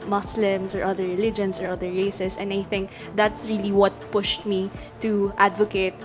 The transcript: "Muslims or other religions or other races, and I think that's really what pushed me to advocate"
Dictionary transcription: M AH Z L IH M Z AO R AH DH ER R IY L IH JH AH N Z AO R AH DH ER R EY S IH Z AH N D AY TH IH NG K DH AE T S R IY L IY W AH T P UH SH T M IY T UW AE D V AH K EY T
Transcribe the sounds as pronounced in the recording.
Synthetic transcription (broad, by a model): M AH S L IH M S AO R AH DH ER R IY L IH JH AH N S AO R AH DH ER R EY S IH S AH N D AY TH IH NG K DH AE T S R IY L IY W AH T P UH SH T M IY T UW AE D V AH K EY T